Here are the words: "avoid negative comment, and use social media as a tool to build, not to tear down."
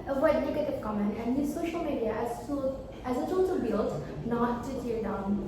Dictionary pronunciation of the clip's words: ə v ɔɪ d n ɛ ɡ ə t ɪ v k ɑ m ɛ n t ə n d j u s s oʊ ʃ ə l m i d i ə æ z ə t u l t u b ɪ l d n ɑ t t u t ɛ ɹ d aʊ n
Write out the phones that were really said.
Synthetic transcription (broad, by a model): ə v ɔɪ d n ɛ ɡ ə t ɪ v k ɑ m ɛ n t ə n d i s s oʊ ʃ ə l m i d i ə æ z ə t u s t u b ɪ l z n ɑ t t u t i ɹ d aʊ n